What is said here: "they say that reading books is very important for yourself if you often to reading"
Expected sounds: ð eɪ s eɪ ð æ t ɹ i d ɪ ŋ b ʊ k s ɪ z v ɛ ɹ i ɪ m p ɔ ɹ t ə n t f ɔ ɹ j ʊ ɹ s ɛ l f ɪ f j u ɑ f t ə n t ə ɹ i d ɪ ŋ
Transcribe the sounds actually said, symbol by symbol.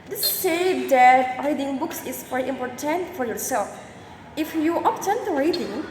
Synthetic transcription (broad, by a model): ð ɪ s eɪ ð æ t ɹ i d ɪ ŋ b ʊ k s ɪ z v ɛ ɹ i ɪ m p ɔ ɹ t ə n t f ɔ ɹ j ʊ ɹ s ɛ l f ɪ f j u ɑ p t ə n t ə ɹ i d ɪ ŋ